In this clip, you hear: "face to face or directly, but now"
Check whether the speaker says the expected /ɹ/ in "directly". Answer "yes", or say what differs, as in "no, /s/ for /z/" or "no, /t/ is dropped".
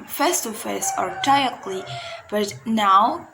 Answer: no, /ɹ/ is dropped